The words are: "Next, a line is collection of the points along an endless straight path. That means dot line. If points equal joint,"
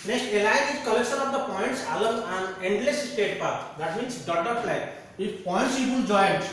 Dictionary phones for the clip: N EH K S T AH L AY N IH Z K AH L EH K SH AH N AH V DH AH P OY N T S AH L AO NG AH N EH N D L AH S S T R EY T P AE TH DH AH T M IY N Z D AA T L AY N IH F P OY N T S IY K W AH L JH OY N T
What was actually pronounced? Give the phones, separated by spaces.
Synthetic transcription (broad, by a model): N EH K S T AH L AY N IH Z K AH L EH K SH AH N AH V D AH P OY N T S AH L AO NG AH N EH N D L AH S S T EY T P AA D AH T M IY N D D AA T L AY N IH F P OY N T S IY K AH N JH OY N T